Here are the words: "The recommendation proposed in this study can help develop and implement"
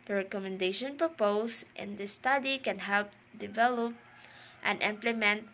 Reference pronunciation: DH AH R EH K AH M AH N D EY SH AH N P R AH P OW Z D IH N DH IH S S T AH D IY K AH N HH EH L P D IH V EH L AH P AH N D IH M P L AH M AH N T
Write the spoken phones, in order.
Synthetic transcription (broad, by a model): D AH R EH K AH M AH N D EY SH AH N P R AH P OW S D IH N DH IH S S T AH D IY K AH N HH EH L P D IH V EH L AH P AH N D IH M P L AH M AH N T